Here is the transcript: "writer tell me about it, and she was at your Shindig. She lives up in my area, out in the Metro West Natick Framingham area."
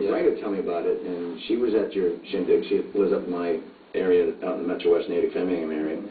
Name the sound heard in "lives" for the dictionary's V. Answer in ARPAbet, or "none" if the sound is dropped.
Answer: none